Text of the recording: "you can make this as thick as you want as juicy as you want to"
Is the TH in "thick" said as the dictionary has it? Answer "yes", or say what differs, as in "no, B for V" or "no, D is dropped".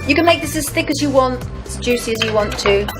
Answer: yes